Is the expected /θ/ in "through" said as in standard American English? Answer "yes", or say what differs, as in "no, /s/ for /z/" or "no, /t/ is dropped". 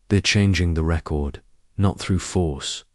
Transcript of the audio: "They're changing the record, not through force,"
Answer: yes